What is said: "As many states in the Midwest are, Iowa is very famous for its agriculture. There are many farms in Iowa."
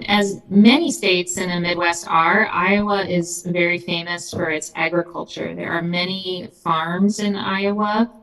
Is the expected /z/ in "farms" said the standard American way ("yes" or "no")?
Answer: yes